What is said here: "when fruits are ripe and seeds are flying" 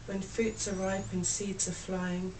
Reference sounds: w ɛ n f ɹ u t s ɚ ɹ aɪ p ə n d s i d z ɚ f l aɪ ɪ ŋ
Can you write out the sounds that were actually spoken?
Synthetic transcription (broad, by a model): w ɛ n f u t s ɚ ɹ aɪ p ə n s i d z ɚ f l aɪ ɪ ŋ